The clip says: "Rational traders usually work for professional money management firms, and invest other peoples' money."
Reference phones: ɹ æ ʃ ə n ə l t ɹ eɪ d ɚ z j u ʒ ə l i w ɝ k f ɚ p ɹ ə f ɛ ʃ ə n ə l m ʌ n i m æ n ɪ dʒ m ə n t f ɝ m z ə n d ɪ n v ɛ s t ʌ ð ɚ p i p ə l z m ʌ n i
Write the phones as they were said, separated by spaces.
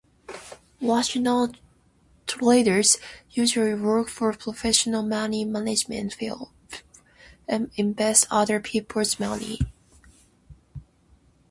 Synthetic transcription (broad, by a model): w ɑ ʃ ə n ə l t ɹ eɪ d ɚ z j u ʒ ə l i w ɝ k f ɚ p ɹ ə f ɛ ʃ ə n ə l m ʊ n i m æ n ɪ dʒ m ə n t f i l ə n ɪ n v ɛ s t ʌ ð ɚ p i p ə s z m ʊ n i